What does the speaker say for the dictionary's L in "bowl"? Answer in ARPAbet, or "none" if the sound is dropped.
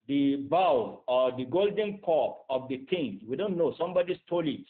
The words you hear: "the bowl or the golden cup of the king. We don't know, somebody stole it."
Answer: W